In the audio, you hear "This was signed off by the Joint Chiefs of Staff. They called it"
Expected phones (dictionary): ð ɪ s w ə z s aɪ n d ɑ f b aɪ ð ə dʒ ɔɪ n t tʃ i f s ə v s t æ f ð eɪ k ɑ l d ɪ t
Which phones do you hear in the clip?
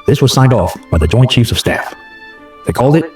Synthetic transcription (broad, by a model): ð ɪ s w ə z s aɪ n d ɑ f b aɪ ð ə dʒ ɔɪ n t tʃ i f s ə v s t æ f ð eɪ k ɑ l d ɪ t